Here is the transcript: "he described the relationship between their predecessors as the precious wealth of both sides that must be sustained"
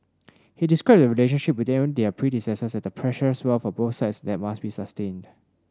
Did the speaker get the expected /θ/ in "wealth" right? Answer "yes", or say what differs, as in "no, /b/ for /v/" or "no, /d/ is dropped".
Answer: no, /f/ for /θ/